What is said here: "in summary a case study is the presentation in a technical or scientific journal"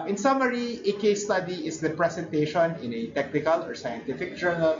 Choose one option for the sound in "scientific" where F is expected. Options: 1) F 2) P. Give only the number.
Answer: 1